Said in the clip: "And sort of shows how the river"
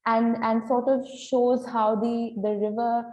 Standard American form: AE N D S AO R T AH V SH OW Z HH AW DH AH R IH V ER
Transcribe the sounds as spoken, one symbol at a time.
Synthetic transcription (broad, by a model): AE N D S AO R T AH V SH OW Z HH AW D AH R IH V ER